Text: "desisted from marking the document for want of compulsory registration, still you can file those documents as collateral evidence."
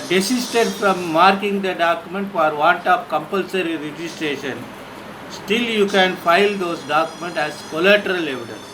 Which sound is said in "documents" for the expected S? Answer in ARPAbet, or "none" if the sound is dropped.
none